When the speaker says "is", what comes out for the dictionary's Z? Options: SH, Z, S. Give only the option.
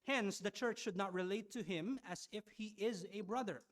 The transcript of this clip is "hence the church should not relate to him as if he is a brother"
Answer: Z